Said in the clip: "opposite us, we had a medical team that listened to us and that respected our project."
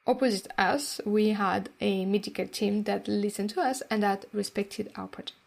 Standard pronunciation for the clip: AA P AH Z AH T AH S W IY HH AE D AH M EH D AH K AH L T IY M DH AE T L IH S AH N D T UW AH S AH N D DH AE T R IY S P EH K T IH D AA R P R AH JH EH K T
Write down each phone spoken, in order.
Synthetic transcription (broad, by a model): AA P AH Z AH T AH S W IY HH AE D AH M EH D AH K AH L T IY M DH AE T L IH S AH N T UW AH S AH N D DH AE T R IY S P EH K T IH D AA L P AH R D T